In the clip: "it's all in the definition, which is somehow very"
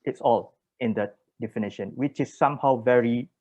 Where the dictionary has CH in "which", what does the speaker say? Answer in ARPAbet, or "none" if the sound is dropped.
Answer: CH